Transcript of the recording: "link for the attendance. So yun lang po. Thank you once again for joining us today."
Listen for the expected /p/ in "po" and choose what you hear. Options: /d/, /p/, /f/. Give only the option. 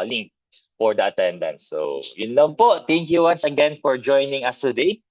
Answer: /p/